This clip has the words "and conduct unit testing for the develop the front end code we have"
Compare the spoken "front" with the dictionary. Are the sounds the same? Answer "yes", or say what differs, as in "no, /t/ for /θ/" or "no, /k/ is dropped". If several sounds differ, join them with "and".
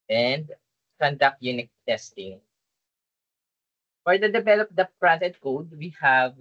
no, /p/ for /f/